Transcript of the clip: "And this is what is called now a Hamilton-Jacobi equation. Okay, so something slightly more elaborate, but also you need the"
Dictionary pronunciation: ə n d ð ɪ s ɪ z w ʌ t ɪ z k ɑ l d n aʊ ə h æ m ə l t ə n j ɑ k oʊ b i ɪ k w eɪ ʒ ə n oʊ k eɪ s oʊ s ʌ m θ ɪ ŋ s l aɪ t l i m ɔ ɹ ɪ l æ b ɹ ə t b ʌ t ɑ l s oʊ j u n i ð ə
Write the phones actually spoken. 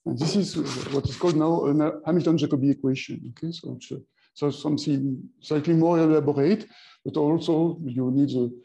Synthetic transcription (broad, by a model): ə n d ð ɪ s ɪ z w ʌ t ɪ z k ɑ l d n aʊ ə h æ m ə l t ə n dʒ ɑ k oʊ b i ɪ k w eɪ ʃ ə n oʊ k eɪ s oʊ s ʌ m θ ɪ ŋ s aɪ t l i m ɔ l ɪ l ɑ b ɹ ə t b ʌ t ɑ l s oʊ j u n i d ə